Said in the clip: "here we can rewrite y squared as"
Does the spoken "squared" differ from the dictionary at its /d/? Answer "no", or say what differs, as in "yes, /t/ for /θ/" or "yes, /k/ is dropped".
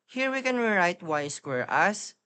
yes, /d/ is dropped